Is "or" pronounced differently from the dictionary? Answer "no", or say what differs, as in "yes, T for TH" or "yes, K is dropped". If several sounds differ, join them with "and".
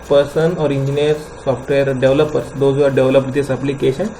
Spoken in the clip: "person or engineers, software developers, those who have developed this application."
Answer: no